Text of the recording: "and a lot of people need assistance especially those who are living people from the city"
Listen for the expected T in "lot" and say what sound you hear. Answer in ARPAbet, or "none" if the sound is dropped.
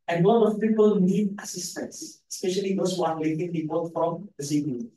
none